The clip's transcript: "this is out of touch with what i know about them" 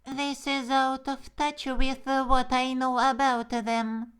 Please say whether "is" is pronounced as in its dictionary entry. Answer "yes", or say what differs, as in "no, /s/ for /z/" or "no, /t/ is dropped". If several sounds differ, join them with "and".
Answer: yes